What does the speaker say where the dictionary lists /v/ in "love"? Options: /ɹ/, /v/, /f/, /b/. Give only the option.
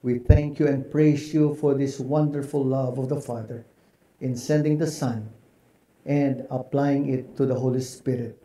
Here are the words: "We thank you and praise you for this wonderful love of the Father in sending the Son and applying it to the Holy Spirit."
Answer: /v/